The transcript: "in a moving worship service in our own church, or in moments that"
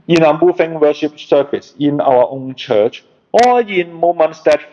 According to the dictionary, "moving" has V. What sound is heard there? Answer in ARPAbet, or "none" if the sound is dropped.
F